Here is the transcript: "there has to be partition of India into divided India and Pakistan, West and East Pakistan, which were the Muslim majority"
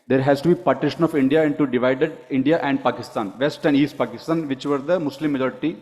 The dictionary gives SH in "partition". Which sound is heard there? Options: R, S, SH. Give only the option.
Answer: SH